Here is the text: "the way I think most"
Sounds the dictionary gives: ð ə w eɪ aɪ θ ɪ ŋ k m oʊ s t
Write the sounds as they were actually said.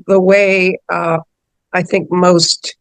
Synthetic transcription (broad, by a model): ð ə w eɪ aɪ θ ɪ ŋ k m oʊ s t